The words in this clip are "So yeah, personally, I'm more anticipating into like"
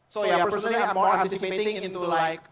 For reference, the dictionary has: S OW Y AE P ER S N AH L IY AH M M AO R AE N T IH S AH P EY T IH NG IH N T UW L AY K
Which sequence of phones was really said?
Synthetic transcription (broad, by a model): S OW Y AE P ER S AH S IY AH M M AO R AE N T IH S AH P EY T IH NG IH N T UW L AY K